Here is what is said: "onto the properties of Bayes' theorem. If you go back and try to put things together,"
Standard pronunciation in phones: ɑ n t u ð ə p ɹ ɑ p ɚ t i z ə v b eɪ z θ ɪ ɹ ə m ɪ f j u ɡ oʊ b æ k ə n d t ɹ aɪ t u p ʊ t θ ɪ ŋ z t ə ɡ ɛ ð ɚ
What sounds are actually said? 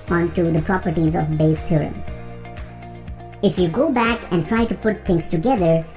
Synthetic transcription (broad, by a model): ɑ n t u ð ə p ɹ ɑ p ɚ t i z ə v b eɪ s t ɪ ɹ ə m ɪ f j u ɡ oʊ b æ k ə n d t ɹ aɪ t u p ʊ t t ɪ ŋ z t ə ɡ ɛ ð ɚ